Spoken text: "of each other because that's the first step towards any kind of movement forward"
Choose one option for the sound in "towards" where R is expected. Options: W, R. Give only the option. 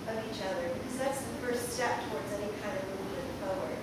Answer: R